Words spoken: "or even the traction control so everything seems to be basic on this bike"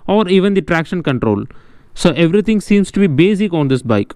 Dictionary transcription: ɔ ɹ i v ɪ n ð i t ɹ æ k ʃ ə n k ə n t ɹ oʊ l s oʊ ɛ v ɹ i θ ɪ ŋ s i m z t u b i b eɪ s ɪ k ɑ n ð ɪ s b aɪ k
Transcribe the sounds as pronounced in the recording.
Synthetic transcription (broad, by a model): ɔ ɹ i v ɪ n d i t ɹ æ k ʃ ə n k ə n t ɹ oʊ l s oʊ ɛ v ɹ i t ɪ ŋ s i m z t u b i b eɪ s ɪ k ɑ n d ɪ s b aɪ k